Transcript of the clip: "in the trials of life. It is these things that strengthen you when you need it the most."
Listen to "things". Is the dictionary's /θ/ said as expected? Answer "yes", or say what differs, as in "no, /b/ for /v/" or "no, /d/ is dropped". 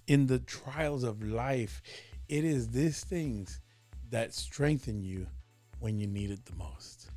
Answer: yes